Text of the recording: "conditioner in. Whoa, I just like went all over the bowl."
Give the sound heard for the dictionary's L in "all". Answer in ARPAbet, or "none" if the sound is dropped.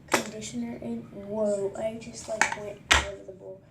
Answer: N